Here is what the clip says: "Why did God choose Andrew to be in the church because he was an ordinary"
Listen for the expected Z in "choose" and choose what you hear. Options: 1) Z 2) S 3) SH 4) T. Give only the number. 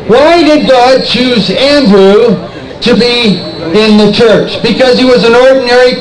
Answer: 1